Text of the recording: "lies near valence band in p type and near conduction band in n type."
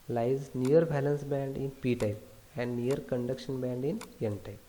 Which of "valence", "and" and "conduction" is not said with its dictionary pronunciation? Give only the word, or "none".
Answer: valence